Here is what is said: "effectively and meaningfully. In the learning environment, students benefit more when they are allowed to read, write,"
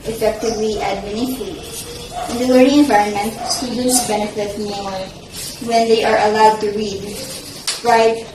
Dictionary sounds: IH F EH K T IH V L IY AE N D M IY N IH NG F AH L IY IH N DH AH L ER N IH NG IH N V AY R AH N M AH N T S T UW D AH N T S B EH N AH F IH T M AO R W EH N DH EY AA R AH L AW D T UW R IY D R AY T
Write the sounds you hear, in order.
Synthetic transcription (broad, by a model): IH F EH K T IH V L IY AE D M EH N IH F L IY IH N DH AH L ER IH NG IH N V AY R AH N M AH N T S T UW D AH N T S B EH N AH F IH T M AO R W EH N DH EY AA R AH L AW D T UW R IY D R AY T